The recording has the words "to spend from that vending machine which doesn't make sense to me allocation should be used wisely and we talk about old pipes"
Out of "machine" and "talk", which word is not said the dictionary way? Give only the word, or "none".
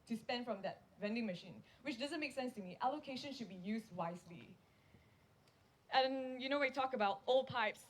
none